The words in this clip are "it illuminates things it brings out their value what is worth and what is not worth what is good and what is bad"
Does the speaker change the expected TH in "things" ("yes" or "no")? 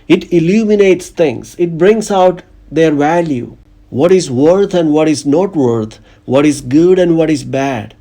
yes